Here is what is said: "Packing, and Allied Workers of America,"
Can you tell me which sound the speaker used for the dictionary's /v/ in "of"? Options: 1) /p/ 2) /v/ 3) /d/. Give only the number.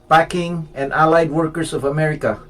2